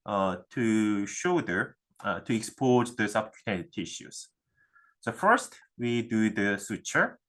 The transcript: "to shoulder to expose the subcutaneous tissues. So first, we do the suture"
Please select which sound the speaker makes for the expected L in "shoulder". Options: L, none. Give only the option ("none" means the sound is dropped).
none